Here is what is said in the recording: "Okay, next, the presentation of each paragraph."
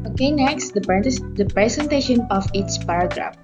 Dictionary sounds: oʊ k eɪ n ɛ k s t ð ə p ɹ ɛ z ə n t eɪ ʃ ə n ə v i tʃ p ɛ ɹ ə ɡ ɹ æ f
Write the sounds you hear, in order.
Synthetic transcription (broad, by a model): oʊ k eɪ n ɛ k s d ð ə p ɹ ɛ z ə n t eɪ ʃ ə n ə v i s p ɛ ɹ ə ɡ ɹ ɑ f